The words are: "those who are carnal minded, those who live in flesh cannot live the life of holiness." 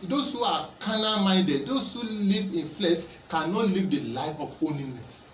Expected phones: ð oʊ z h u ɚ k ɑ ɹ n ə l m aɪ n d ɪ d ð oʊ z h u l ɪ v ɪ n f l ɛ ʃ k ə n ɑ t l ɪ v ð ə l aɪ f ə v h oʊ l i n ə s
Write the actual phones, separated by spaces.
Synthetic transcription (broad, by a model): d oʊ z h u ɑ k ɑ n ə m aɪ d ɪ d oʊ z h u l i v ɪ n f l ɛ ʃ k ə n ɑ t l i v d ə l aɪ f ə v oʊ l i n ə s